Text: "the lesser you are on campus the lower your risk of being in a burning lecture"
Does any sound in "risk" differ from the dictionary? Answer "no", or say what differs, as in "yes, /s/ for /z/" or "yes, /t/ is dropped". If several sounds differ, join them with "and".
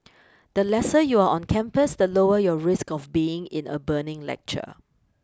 no